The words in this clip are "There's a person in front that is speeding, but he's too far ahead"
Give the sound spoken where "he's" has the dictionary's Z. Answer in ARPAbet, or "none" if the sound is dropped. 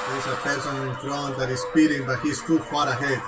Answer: S